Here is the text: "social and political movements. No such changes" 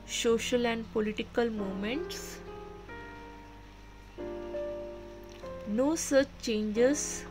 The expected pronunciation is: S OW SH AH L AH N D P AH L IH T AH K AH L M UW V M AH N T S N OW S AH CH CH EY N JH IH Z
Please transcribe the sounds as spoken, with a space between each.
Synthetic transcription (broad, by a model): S OW SH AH L AH N D P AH L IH T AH K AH L M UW M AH N T S N OW S AH CH CH EY N JH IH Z